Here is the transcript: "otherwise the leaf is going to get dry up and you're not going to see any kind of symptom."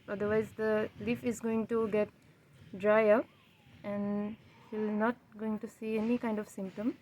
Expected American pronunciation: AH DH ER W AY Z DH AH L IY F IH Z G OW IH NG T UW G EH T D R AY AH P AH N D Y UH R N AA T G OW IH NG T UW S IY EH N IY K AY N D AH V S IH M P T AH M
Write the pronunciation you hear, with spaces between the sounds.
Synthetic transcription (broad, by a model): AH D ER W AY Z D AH L IY F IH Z G OW IH NG T UW G EH T D R AY AH P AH N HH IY L N AA T G OW IH NG T UW S IY EH N IY K AY N D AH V S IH M P T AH M